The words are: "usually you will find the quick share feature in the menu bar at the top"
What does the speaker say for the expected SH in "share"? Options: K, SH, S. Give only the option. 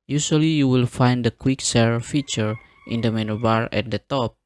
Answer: S